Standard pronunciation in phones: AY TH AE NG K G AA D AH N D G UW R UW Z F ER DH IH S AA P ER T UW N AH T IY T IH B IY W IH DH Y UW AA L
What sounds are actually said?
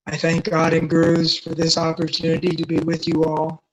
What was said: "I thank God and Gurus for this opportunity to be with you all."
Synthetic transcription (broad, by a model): AY TH AE NG K G AA D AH N G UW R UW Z F ER DH IH S AA P ER T UW N AH T IY T IH B IY W IH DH Y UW AA L